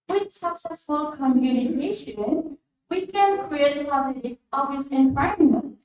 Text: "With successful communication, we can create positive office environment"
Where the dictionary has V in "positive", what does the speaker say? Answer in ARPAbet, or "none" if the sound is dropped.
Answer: none